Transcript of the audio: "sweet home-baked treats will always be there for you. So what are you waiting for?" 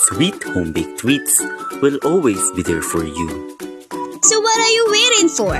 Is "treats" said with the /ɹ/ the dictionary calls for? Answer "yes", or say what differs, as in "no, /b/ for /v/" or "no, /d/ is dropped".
no, /w/ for /ɹ/